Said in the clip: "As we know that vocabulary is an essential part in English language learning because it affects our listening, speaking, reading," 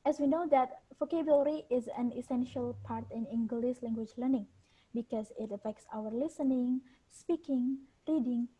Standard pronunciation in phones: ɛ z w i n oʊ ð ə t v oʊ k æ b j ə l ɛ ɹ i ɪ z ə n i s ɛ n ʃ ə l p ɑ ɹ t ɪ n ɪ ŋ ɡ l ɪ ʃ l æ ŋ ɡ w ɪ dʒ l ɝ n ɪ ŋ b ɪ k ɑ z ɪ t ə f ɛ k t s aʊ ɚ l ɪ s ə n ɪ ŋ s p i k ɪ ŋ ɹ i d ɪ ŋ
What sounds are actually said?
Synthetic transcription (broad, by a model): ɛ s w i n oʊ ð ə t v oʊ k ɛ b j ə l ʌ ɹ i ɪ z ə n i s ɛ n ʃ ə l p ɑ ɹ t ɪ n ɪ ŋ ɡ l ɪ s l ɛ ŋ ɡ w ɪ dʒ l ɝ n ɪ ŋ b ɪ k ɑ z ɪ t ə f ɛ k t s aʊ ɚ l ɪ s ə n ɪ ŋ s p i k ɪ ŋ ɹ i d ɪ ŋ